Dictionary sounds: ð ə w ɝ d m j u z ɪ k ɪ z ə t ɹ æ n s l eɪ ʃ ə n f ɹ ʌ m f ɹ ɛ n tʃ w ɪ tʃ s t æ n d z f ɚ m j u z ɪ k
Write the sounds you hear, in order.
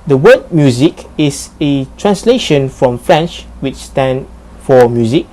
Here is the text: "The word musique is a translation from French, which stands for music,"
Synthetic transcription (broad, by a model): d ə w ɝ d m j u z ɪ k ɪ s ə t ɹ æ n s l eɪ ʃ ə n f ɹ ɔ m f ɹ ɛ n tʃ w ɪ tʃ s t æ n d f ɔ m j u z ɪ k